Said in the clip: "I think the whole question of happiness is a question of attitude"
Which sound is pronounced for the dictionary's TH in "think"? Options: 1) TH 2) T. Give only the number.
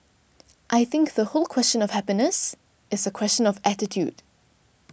1